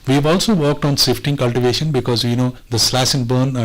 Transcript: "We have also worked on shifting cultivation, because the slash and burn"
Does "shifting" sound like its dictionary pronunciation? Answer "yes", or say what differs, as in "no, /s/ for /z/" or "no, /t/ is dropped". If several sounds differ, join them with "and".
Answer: no, /s/ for /ʃ/